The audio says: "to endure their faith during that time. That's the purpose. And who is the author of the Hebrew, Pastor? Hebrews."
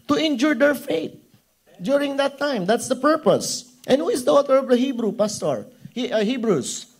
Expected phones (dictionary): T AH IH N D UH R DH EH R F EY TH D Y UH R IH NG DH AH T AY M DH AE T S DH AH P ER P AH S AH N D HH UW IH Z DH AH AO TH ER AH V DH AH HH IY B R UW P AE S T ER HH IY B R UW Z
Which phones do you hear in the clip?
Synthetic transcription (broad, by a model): T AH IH N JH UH R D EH R F EY T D Y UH R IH NG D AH T AY M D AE T S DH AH P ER P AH S AH N D HH UW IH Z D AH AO T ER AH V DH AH HH IY B R UW P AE S T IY HH IY B R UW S